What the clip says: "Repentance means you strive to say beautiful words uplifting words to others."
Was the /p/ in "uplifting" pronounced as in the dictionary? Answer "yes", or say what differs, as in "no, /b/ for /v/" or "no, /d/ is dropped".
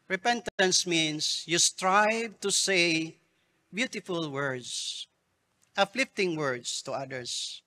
no, /f/ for /p/